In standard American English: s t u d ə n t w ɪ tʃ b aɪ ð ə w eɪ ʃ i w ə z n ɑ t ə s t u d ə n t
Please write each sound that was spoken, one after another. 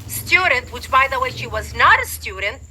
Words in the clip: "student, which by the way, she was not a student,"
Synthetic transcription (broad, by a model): s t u d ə n t w ɪ tʃ b aɪ ð ə w eɪ ʃ i w ə z n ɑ t ə s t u d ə n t